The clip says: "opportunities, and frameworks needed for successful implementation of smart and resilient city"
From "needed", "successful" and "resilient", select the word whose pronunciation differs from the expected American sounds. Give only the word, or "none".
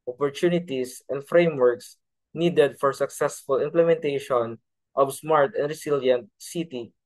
resilient